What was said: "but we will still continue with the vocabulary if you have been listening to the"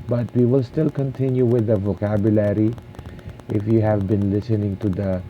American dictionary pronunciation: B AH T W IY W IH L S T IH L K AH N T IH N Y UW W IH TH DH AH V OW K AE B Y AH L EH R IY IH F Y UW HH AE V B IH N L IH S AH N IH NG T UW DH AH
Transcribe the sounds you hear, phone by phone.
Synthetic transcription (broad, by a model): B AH T W IY W IH L S T IH L K AH N T IH N Y UW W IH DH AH V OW K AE B Y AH L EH R IY IH F Y UW HH AE V B IH N L IH S AH N IH NG T UW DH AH